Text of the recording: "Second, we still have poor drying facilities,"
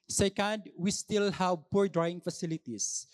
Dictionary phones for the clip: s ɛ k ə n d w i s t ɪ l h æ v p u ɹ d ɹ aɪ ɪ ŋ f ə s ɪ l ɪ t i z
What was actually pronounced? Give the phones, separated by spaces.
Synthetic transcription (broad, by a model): s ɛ k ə n d w i s t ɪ l h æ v p u ɹ d ɹ aɪ ɪ ŋ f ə s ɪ l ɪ t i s